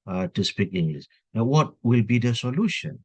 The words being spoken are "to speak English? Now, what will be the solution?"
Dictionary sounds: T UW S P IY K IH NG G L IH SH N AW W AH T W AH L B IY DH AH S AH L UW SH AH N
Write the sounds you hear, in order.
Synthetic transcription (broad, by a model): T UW S P IY K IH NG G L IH S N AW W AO T W AH L B IY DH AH S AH L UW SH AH N